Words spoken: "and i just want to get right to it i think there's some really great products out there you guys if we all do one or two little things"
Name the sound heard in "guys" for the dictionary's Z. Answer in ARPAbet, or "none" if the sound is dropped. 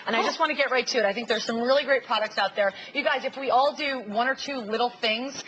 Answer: Z